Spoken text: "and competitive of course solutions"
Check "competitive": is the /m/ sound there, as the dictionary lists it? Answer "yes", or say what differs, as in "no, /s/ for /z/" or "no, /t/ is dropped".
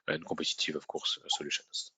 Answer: no, /m/ is dropped